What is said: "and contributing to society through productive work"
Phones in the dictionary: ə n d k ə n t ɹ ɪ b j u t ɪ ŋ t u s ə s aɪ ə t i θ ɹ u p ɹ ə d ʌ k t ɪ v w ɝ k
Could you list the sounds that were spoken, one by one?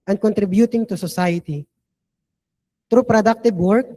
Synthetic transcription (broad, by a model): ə n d k ə n t ɹ ɪ b j u t ɪ ŋ t u s ə s aɪ ə t i t ɹ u p ɹ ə d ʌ k t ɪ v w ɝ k